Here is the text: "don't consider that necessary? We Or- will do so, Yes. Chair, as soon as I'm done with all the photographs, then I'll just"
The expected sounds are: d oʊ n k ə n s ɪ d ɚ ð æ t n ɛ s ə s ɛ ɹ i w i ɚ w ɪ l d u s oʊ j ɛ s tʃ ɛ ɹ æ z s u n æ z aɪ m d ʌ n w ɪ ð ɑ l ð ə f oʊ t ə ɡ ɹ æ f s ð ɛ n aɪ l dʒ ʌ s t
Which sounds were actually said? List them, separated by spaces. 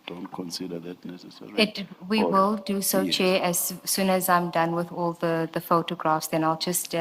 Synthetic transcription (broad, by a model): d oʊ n k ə n s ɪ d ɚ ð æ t n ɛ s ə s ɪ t w i w ɪ l d u s oʊ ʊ tʃ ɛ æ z s u n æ z aɪ m d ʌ n w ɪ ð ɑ l ð ə f oʊ t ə ɡ ɹ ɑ f s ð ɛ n aɪ l dʒ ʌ s t